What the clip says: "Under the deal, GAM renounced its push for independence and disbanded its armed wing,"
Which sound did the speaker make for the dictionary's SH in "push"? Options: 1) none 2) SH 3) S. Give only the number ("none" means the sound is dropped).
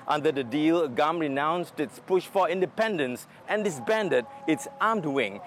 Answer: 2